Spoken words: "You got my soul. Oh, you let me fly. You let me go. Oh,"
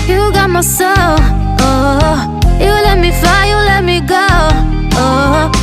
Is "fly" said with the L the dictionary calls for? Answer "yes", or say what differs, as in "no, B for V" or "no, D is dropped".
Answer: no, L is dropped